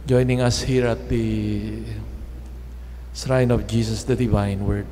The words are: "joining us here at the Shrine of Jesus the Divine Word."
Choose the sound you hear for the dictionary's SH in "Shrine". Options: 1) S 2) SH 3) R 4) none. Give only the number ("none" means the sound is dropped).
1